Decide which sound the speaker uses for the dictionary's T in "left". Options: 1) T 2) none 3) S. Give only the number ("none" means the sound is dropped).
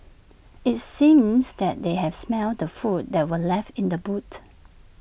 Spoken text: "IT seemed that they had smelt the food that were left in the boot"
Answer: 1